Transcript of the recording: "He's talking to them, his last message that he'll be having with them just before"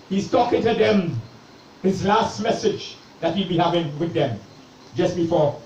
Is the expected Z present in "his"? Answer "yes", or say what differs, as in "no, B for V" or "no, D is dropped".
yes